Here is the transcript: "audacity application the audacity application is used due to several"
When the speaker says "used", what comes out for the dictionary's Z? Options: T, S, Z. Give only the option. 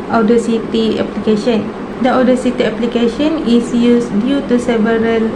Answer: S